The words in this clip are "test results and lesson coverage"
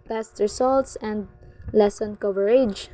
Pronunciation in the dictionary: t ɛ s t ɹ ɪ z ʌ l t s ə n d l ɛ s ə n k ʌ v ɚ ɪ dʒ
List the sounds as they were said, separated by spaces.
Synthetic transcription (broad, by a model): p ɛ s t ɹ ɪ s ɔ l t s ə n d l ɛ s ə n k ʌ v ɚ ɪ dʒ